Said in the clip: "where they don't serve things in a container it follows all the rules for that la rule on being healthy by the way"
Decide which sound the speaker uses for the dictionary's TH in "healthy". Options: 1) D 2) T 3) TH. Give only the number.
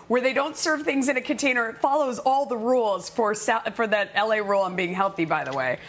3